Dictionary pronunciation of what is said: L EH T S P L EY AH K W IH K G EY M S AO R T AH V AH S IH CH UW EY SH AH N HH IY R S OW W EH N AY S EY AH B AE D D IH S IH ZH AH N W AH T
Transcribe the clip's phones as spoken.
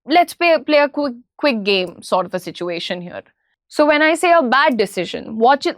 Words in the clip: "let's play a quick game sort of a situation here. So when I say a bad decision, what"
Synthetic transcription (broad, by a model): L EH T S P L EY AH K W IH K G EY M S AO R T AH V AH S IH CH UW EY SH AH N HH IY R S OW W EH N AY S EY AH B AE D D IH S IH ZH AH N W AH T